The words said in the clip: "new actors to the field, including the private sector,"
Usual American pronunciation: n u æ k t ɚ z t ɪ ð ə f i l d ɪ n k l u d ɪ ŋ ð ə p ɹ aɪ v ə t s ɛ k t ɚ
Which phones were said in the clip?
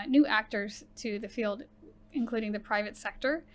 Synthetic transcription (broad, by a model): n u æ k t ɚ z t ɪ ð ə f i l d ɪ n k l u d ɪ ŋ ð ə p ɹ aɪ v ə t s ɛ k t ɚ